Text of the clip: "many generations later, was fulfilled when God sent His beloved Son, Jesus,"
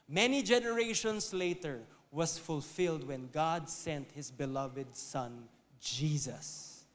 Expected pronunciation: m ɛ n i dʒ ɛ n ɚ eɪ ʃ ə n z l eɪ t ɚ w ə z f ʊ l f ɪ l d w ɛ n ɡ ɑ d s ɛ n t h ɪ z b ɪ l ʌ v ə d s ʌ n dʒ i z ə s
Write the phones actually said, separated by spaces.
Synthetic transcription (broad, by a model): m ɛ n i dʒ ɛ n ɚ eɪ ʃ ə n s l eɪ t ɚ w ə s f ʊ l f ɪ l d w ɛ n ɡ ɑ d s ɛ n t h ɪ s b ɪ l ʌ v ə d s ʌ n dʒ i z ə s